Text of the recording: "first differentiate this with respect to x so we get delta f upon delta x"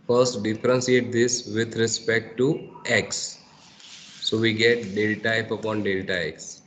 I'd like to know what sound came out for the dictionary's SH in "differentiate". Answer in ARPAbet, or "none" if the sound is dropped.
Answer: S